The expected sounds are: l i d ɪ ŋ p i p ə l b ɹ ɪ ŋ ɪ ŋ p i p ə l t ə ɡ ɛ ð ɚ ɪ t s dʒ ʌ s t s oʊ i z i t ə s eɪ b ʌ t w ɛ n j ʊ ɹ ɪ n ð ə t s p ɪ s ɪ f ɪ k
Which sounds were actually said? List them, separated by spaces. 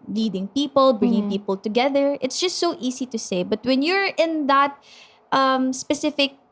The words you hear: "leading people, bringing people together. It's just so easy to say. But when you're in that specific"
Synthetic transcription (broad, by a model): l i d ɪ ŋ p i p ə l b ɹ ɪ ŋ ɪ ŋ p i p ə l t ə ɡ ɛ ð ɚ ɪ t s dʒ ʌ s t s oʊ i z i t ə s eɪ b ʌ t w ɛ n j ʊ ɹ ɪ n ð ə t s p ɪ s ɪ f ɪ k